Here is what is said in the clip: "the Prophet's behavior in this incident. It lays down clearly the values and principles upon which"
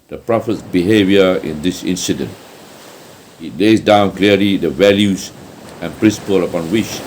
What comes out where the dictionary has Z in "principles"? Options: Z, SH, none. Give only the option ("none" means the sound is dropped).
none